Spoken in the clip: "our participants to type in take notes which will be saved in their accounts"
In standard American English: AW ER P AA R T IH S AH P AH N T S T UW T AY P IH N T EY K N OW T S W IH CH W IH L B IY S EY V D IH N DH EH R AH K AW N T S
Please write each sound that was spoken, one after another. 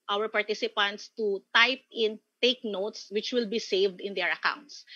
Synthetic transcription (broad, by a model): AW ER P AA R T IH S AH P AH N T S T UW T AY P IH N T EY K N OW T S W IH CH W IH L B IY S EY V D IH N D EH R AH K AW N T S